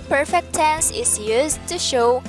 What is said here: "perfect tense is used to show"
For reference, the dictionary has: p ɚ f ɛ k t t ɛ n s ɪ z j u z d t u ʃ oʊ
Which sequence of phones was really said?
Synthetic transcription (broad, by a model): p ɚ f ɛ k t t ɛ n s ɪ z j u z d t u ʃ oʊ